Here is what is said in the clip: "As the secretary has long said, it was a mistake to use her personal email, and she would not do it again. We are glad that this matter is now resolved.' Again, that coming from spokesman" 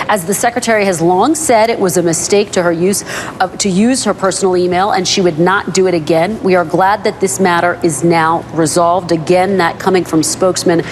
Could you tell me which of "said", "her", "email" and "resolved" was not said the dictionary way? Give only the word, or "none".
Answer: none